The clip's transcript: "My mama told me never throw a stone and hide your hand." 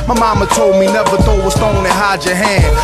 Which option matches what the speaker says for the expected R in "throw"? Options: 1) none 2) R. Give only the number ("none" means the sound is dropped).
1